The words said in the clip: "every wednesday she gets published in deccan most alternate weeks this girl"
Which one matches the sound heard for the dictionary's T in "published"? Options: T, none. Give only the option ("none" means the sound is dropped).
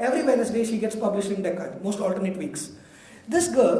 none